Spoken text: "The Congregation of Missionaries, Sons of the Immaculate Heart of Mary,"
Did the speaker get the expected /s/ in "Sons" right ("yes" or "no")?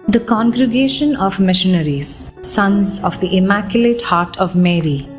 yes